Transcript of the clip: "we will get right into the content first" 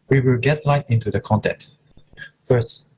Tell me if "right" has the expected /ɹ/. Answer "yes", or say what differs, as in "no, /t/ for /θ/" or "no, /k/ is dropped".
no, /l/ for /ɹ/